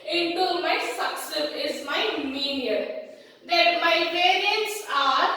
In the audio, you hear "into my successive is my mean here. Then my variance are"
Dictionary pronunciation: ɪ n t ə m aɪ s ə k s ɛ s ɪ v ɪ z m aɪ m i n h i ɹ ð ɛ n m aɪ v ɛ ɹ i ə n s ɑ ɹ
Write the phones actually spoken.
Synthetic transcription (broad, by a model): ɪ n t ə m aɪ s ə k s s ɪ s ɪ z m aɪ m i n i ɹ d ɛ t m aɪ p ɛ ɹ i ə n s ɑ ɹ